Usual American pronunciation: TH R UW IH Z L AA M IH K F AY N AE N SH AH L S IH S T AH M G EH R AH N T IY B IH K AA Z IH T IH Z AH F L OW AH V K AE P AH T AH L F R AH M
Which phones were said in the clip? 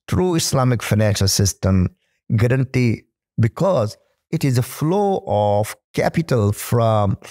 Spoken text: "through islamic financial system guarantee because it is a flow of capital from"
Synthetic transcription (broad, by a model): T R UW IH S L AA M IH K F AY N AE N SH AH L S IH S T AH M G EH R AH N T IY B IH K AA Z IH T IH Z AH F L OW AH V K AE P AH T AH L F R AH M